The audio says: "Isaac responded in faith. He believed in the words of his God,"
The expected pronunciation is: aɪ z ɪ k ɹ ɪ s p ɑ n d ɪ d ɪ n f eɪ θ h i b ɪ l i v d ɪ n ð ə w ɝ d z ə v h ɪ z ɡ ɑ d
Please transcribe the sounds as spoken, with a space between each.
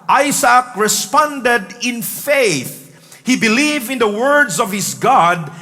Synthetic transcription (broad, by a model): aɪ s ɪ k ɹ ɪ s p ɑ n d ɪ d ɪ n f eɪ θ h i b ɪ l i v ɪ n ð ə w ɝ d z ə v h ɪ s ɡ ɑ d